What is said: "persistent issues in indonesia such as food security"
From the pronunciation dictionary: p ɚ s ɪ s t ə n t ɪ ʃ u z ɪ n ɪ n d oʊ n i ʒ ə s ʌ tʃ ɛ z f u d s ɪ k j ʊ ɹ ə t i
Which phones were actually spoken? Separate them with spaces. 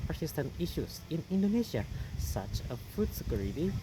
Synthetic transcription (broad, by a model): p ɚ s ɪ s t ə n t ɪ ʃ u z ɪ n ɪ n d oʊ n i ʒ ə s ʌ tʃ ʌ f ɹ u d s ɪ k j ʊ ɹ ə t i